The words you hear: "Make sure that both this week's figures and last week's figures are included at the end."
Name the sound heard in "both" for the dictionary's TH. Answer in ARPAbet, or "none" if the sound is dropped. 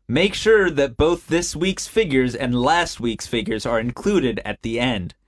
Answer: TH